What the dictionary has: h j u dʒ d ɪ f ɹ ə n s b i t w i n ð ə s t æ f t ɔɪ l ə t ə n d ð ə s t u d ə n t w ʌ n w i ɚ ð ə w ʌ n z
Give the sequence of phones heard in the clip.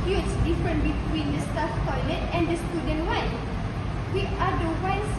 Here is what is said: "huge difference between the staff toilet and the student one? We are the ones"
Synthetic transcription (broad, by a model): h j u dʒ d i f ɹ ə n b i t w i n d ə s t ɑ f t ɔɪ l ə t ə n d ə s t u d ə n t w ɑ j w i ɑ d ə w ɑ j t